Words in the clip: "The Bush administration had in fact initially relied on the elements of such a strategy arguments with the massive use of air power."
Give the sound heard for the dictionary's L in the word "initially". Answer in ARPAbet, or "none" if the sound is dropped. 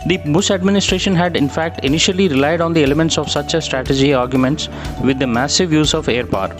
L